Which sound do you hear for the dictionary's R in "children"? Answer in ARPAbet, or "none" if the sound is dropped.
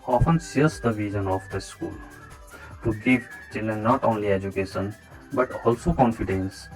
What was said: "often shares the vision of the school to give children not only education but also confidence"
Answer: none